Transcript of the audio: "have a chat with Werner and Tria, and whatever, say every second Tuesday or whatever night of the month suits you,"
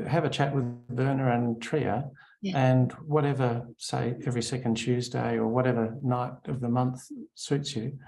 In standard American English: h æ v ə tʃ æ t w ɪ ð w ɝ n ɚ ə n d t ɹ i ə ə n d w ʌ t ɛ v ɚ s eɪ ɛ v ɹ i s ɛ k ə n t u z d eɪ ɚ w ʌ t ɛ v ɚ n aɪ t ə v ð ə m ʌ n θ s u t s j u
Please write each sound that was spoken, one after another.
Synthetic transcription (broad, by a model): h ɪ v ə tʃ æ t w ɪ ð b ɝ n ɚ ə n t ɹ i ə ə n w ʌ t ɛ v ɚ s eɪ ɛ v ɹ i s ɛ k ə n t u z d eɪ ɚ w ʌ t ɛ v ɚ n aɪ t ə v ð ə m ʌ n θ s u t s j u